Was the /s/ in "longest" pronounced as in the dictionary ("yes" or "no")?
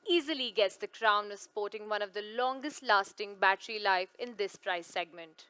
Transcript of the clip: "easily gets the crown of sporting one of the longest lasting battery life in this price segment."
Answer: yes